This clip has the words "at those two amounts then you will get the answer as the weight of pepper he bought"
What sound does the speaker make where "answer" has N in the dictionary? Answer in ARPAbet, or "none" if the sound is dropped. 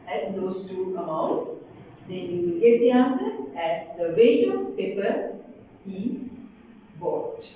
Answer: none